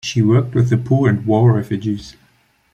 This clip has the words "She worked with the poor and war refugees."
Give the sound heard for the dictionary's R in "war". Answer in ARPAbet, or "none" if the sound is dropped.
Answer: L